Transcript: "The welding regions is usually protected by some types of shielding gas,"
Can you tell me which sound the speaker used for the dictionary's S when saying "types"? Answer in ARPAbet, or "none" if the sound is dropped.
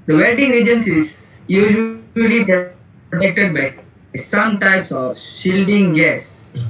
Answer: S